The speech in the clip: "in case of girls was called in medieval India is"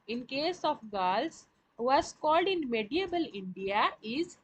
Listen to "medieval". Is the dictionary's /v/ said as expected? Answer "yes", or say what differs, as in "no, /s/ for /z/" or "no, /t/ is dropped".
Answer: no, /b/ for /v/